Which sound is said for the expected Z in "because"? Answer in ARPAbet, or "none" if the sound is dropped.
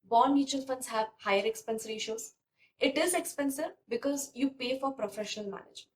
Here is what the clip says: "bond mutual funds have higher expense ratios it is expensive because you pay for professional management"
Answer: Z